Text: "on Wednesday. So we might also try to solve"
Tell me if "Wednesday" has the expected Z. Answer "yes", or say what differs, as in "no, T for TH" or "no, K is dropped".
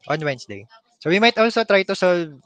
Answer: no, S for Z